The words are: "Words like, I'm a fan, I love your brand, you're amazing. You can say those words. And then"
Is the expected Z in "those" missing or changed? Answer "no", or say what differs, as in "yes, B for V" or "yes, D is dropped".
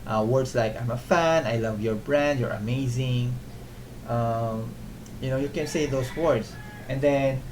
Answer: yes, S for Z